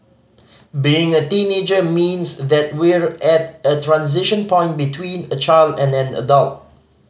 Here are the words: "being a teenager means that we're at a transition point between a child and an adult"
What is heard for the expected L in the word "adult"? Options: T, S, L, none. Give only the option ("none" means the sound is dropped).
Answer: L